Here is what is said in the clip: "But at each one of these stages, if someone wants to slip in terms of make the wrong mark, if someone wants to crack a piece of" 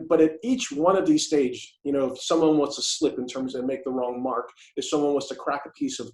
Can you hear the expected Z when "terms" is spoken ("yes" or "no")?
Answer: yes